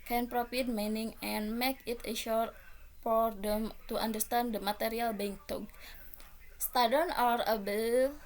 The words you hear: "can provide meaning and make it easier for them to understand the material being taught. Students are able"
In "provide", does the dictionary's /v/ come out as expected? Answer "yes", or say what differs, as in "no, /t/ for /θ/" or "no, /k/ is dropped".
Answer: no, /f/ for /v/